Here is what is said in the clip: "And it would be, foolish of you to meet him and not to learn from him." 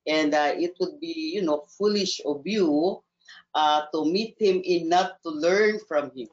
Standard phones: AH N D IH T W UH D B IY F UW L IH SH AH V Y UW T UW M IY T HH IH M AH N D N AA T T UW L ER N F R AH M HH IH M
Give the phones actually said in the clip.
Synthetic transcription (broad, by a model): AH N D IH T W UH D B IY F UW L IH SH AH B Y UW T UW M IY T HH IH M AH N N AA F T UW L ER N F R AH M HH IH M